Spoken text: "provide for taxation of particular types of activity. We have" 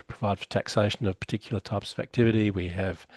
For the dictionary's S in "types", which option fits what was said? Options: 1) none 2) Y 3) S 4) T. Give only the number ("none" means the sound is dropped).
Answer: 3